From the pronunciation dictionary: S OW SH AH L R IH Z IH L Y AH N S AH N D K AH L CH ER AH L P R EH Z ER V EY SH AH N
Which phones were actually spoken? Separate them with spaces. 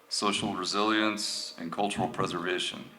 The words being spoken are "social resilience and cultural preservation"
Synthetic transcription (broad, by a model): S OW SH L R IH Z IH L Y AH N S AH N K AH L CH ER L P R EH Z ER V EY SH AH N